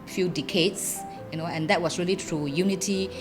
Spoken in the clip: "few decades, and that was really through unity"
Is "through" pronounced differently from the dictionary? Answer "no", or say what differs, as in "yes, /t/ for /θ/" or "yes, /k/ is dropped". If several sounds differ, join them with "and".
yes, /t/ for /θ/